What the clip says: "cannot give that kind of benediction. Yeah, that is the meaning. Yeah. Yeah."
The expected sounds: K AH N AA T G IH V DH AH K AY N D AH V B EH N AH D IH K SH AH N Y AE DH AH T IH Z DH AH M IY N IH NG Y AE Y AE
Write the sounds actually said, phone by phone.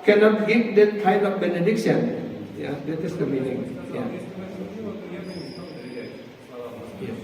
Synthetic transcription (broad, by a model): K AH N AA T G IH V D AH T AY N AH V B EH N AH D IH K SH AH N Y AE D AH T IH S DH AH M IY N IH NG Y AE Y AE